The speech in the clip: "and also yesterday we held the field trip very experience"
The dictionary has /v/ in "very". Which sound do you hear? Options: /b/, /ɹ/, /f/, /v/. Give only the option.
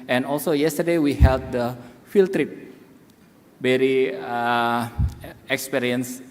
/b/